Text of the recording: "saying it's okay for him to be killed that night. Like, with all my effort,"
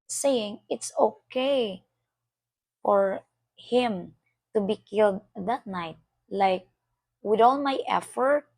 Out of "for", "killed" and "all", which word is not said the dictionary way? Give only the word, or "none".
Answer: none